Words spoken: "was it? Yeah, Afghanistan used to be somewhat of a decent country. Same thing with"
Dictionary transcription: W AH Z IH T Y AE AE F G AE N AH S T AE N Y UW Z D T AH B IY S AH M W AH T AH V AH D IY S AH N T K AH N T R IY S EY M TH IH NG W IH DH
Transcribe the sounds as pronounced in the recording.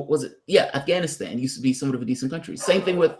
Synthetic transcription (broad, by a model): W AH Z IH T Y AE AE F G AE N AH S T AE N Y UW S T AH B IY S AH M W AH T AH V AH D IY S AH N K AH N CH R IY S EY M TH IH NG W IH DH